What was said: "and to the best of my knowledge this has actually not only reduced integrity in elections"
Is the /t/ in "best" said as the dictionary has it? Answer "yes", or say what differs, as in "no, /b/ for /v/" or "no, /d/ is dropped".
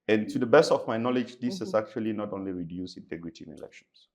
yes